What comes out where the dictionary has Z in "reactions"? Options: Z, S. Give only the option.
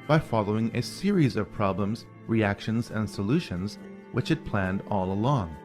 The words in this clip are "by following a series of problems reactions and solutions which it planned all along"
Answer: Z